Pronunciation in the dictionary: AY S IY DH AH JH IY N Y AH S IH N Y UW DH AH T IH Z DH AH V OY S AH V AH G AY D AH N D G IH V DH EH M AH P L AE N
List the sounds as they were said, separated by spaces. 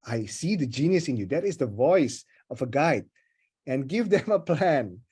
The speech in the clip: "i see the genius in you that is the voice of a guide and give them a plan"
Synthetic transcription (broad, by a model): AY S IY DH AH JH IY N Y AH S IH N Y UW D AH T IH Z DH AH V OY S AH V AH G AY D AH N G IH V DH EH M AH P L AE N